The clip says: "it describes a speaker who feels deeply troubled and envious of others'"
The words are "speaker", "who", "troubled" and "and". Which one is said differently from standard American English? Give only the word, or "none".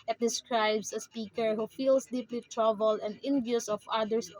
troubled